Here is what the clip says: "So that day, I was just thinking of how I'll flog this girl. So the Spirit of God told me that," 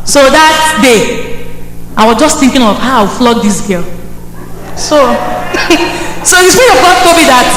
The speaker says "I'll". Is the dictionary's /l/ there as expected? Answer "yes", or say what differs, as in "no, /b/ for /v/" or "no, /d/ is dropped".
no, /w/ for /l/